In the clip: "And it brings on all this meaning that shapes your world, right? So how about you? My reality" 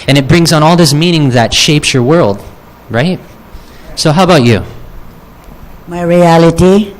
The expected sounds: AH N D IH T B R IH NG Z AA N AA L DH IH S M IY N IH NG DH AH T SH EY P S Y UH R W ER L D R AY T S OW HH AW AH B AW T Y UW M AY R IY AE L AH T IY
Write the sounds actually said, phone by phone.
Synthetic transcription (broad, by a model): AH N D IH T B R IH NG Z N AA L DH IH S M IY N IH NG DH AH T SH EY P S Y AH R W ER L D R AY T S OW HH AW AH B AW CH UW M AY R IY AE L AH T IY